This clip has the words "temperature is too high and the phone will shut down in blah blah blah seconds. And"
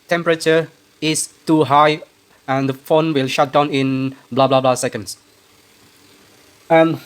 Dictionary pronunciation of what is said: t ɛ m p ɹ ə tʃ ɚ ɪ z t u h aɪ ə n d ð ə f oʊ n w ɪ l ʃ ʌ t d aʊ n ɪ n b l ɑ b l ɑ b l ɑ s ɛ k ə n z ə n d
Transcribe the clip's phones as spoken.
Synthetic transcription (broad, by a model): t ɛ m p ɹ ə tʃ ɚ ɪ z t u h aɪ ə n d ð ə f oʊ n w ɪ l ʃ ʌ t d aʊ n ɪ n b l ɑ b l ɑ b l ɑ s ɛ k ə n s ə n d